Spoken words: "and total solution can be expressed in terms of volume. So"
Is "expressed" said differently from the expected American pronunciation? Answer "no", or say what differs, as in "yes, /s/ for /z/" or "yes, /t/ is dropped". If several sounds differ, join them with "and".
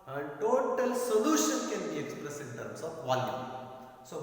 yes, /t/ is dropped